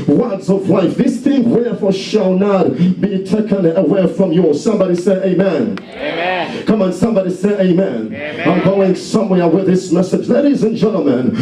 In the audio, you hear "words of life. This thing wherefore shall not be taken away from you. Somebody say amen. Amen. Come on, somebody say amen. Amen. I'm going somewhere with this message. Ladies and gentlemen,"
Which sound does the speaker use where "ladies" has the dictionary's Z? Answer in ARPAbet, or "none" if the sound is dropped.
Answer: Z